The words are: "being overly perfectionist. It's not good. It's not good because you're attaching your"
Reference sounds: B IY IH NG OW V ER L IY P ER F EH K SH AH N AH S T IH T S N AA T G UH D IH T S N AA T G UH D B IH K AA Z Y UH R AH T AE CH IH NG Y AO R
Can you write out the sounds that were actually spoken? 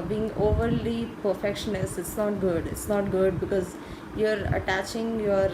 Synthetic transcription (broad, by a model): B IY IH NG OW V ER L IY P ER F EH K SH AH N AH S IH T S N AA T G UH D IH T S N AA T G UH D B IH K AA Z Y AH R AH T AE CH IH NG Y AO R